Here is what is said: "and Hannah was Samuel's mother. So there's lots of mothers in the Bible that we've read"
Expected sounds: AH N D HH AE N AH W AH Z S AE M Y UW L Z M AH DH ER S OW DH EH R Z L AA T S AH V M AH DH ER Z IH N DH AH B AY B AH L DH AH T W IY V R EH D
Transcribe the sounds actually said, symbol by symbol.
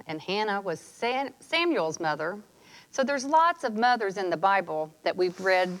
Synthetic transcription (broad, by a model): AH N HH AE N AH W AH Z S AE M Y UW L Z M AH DH ER S OW DH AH R Z L AA T S AH V M AH DH ER Z IH N DH AH B AY B L DH AH T W IY V R EH D